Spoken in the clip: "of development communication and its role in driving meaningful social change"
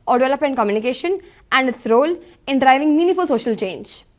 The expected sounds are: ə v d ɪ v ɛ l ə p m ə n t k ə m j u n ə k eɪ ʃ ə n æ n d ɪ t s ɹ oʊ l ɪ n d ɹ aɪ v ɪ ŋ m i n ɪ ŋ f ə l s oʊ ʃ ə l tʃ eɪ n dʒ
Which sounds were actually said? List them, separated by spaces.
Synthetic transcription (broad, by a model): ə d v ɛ l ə p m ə n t k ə m j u n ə k eɪ ʃ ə n æ n d ɪ t s ɹ oʊ l ɪ n d ɹ aɪ v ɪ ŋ m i n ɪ f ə l s oʊ ʃ ə l tʃ eɪ n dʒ